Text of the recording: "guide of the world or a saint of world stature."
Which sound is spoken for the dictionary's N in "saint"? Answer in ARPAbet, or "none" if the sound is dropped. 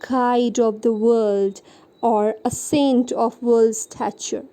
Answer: N